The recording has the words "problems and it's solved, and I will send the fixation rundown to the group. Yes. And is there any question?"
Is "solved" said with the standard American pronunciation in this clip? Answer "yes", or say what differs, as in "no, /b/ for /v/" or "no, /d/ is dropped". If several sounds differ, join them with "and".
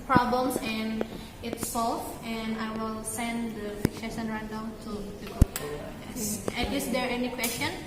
no, /d/ is dropped